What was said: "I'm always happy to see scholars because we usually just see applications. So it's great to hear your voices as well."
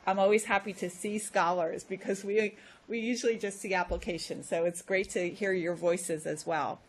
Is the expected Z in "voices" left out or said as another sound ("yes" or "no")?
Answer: no